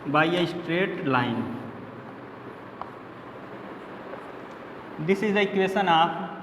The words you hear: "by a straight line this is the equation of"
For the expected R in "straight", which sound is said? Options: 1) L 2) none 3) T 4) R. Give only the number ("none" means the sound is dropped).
4